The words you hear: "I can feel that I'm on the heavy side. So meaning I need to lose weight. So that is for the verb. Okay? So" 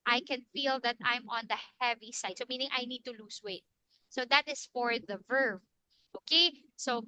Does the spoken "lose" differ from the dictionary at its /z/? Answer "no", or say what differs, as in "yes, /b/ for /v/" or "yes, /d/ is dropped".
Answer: yes, /s/ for /z/